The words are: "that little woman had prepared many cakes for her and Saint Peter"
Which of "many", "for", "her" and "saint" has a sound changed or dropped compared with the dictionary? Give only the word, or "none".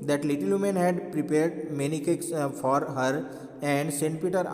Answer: none